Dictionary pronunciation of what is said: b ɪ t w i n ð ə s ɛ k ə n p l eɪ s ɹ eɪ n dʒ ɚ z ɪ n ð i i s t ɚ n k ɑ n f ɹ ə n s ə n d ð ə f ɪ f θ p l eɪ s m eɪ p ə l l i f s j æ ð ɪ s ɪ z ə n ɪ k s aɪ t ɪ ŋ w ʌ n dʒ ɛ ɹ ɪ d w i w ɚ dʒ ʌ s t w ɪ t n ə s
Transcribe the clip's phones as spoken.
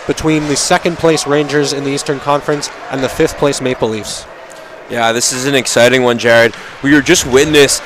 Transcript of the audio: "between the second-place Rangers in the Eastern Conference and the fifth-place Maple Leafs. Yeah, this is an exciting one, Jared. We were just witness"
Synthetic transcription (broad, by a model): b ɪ t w i n ð ə s ɛ k ə n p l eɪ s ɹ eɪ n dʒ ɚ z ɪ n ð i i s t ɚ n k ɑ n f ɹ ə n s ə n ð ə f ɪ f θ p l eɪ s m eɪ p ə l l i f s j æ ð ɪ s ɪ z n ɪ k s aɪ t ɪ ŋ w ʌ n dʒ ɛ ɹ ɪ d w i w ɚ dʒ ʌ s t w ɪ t n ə s